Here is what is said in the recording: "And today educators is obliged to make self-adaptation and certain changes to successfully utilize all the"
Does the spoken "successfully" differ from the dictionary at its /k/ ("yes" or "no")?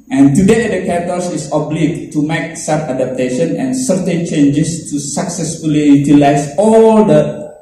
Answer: no